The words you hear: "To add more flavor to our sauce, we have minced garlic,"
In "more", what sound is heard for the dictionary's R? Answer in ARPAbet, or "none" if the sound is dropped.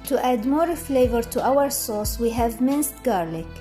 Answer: R